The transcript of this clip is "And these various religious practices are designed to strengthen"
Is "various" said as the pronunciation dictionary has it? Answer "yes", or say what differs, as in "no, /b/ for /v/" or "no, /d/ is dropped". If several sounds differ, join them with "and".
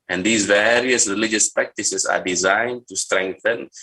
yes